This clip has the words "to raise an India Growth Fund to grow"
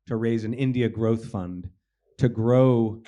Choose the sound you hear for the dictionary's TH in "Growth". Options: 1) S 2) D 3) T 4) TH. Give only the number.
4